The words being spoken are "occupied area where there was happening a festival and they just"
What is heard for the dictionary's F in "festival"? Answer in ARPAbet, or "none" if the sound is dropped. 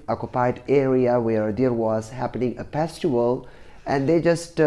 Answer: P